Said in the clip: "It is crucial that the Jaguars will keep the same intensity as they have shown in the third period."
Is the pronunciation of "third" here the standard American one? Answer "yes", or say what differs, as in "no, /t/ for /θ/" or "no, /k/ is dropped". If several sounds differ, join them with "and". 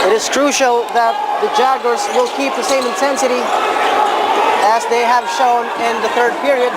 yes